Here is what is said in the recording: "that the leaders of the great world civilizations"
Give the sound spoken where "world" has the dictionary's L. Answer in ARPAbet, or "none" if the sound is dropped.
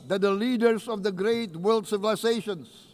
L